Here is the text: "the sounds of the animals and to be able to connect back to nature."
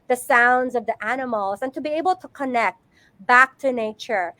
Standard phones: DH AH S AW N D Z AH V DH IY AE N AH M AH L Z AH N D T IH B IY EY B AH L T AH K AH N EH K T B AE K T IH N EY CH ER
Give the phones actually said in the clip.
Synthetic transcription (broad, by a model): DH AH S AW N D Z AH V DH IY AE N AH M L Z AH N T IH B IY EY B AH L T AH K AH N EH K T B AE K T IH N EY CH ER